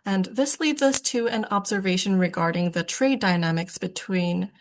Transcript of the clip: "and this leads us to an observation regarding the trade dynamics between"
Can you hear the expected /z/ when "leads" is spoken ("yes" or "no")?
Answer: yes